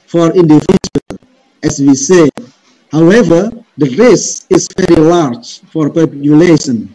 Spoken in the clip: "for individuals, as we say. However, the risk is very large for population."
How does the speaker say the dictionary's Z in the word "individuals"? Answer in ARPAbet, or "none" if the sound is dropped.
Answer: none